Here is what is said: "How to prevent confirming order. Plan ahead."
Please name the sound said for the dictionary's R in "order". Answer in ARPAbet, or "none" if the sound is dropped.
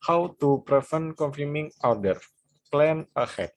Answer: W